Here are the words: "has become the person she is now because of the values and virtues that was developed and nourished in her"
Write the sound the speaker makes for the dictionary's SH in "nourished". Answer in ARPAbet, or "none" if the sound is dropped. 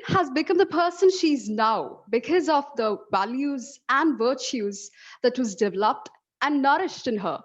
SH